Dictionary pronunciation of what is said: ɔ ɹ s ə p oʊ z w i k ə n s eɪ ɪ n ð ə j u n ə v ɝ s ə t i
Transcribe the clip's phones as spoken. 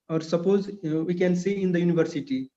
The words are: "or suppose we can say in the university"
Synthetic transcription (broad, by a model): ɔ ɹ s ə p oʊ z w i k ə n s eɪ ɪ n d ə j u n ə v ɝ s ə t i